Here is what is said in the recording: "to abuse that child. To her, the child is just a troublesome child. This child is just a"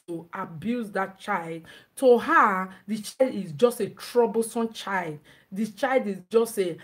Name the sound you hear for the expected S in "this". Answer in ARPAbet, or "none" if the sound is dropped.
none